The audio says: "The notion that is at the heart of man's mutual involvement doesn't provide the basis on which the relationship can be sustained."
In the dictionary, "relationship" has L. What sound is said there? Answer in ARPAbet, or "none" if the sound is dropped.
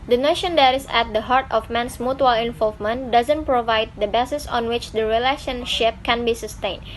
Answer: L